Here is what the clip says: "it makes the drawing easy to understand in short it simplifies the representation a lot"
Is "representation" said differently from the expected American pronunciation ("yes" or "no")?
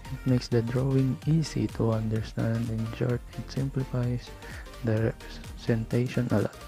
yes